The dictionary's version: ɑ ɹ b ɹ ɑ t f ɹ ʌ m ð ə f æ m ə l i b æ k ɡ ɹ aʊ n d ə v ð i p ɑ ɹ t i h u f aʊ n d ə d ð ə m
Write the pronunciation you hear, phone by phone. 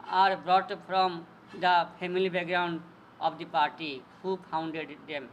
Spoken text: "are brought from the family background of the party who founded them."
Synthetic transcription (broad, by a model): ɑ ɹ b ɹ ɑ t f ɹ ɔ m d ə p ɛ m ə l i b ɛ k ɡ ɹ aʊ n d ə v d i p ɑ ɹ t i h u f aʊ n d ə d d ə m